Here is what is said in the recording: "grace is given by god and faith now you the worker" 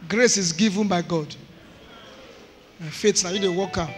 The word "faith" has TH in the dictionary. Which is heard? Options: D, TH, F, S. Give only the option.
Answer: S